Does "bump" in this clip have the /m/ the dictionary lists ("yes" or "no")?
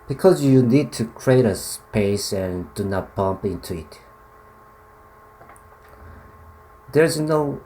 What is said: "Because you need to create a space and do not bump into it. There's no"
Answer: yes